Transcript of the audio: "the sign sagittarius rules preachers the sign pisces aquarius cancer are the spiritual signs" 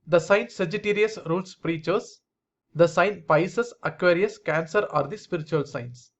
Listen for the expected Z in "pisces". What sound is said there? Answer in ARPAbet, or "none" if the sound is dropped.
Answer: S